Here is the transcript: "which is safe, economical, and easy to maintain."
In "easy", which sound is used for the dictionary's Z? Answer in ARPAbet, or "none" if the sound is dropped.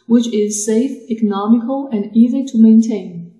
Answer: Z